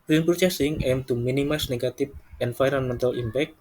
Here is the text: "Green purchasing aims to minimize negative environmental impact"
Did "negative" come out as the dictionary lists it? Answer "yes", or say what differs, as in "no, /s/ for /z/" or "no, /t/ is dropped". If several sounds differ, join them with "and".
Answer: no, /p/ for /v/